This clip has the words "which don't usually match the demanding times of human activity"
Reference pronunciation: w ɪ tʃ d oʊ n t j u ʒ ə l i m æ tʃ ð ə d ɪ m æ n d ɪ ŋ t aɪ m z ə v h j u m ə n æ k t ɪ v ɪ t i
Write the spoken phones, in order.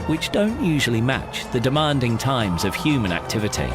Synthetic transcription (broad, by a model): w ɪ tʃ d oʊ n t j u ʒ ə l i m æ tʃ ð ə d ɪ m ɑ n d ɪ ŋ t aɪ m z ə v h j u m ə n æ k t ɪ v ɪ t i